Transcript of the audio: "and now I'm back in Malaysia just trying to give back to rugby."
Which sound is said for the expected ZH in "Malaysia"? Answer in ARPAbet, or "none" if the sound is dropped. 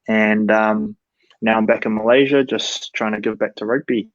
ZH